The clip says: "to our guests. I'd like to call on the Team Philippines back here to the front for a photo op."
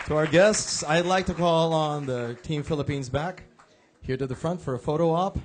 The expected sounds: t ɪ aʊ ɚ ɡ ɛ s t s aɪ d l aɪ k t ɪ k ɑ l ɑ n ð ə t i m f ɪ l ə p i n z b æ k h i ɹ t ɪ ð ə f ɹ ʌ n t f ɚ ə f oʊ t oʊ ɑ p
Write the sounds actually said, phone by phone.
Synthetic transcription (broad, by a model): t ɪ aʊ ɚ ɡ ɛ s t s aɪ d l aɪ k t ɪ k ɑ l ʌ n ð ə t i m f ɪ l ə p i n z b æ k h i ɹ t ɪ ð ə f ɹ ʌ n t f ɚ ə f oʊ t oʊ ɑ p